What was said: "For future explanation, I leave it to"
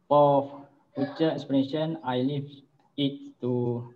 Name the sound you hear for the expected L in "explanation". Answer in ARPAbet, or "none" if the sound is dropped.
none